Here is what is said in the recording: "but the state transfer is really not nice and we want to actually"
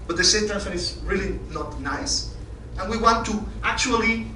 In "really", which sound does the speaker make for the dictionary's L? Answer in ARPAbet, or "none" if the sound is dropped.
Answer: L